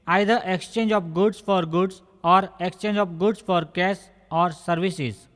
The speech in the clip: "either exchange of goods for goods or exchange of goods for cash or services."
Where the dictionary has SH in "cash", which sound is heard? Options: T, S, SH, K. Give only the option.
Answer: S